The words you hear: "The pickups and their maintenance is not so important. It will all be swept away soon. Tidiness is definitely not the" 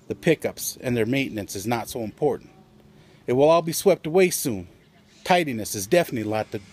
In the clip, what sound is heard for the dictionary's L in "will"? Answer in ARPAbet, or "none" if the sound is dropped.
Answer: L